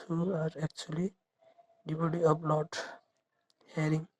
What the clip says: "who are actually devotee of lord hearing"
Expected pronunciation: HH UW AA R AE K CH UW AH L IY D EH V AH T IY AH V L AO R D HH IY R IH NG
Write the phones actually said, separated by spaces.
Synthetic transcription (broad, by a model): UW AA R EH K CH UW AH L IY D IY B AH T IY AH P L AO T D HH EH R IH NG